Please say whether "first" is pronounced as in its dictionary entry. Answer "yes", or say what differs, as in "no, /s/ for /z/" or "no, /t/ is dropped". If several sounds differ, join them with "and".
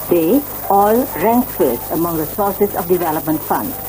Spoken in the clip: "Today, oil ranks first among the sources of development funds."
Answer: no, /t/ is dropped